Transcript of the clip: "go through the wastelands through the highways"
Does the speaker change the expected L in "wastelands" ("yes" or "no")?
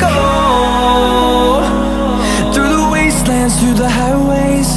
no